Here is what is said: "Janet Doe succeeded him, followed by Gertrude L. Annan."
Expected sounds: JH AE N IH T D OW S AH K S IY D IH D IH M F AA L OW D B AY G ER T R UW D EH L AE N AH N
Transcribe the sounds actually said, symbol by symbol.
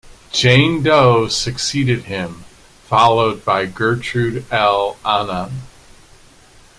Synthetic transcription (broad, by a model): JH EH IH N D OW S AH K S IY D IH D IH M F AA L OW D B AY G ER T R UW D EH L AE N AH N